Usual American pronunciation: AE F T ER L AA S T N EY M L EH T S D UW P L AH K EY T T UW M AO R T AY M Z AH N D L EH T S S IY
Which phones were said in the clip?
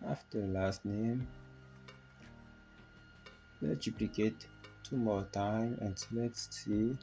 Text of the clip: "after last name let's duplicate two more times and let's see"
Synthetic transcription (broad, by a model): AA F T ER L AA S T N EY M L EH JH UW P L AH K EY T T UW M AO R T AY M AH N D L EH T S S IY